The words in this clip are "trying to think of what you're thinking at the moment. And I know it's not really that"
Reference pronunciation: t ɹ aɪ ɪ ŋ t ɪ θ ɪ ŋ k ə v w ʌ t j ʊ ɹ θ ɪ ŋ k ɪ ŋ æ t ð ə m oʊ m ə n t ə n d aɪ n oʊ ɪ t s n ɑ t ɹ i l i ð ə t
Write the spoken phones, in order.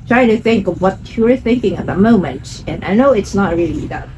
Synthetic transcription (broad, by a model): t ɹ aɪ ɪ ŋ t ɪ θ ɪ ŋ k ə v w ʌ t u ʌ ɹ θ ɪ ŋ k ɪ ŋ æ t ð ə m oʊ m ə n t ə n aɪ n oʊ ɪ t s n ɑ t ɹ i l i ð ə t